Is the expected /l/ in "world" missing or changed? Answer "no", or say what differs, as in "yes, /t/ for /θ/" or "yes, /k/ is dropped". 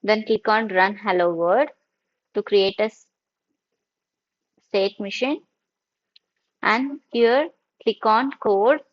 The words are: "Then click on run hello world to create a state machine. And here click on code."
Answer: yes, /l/ is dropped